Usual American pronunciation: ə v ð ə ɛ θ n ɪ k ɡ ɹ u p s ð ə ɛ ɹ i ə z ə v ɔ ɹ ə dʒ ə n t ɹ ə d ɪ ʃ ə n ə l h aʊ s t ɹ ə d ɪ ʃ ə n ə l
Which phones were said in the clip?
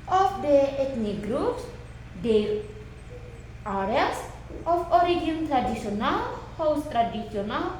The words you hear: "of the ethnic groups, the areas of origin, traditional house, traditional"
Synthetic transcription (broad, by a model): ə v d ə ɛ t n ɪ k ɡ ɹ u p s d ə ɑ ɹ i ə s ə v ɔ ɹ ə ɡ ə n t ɹ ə d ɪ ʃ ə n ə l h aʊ s t ɹ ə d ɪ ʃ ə n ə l